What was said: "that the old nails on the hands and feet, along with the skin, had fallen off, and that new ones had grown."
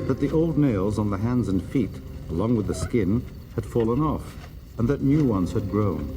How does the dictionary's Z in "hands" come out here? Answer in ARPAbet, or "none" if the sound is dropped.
Z